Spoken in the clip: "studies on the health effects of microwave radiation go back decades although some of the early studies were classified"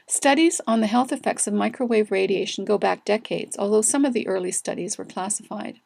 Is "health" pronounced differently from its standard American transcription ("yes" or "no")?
no